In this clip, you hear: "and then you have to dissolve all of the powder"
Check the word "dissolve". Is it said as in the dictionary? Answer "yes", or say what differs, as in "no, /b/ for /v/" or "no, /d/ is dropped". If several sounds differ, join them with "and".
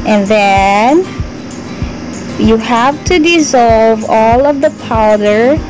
yes